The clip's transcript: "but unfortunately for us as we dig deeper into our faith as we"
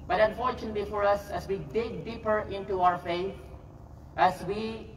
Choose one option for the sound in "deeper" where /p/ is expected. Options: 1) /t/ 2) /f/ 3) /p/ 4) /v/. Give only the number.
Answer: 3